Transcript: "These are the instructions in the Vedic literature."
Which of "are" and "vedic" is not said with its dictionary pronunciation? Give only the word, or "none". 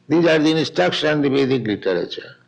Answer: vedic